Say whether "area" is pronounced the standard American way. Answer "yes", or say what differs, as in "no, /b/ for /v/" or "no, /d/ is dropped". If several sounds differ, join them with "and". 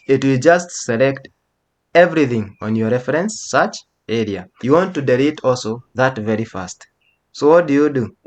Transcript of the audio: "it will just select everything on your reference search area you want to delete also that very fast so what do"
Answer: yes